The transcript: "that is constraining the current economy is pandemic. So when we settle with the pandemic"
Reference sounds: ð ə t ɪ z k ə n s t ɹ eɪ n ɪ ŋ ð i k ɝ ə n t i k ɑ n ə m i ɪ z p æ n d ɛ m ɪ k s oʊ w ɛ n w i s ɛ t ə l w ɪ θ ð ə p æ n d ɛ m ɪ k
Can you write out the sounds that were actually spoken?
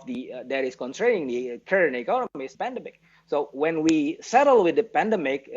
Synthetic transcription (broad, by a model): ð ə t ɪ s k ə n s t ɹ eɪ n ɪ ŋ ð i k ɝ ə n i k ɑ n ə m i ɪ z p æ n d ɛ m ɪ k s oʊ w ɛ n w i s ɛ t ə l w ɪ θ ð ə p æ n d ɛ m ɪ k